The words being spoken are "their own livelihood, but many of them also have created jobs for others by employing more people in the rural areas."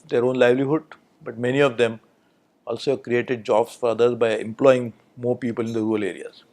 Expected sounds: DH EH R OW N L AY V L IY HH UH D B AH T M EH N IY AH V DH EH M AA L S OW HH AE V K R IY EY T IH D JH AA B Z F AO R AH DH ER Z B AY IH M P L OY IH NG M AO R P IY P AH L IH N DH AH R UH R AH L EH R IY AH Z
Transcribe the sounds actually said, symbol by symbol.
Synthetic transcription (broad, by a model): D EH R OW N L AY V L IY HH UH D B AH T M EH N IY AH V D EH M AA L S OW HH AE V K R IY EY T IH D JH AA B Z F AO R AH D ER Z B AY IH M P L OY IH NG M AO R P IY P AH L IH N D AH R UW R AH L EH R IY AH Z